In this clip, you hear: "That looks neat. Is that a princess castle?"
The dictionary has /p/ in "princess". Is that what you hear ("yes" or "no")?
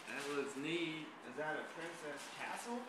yes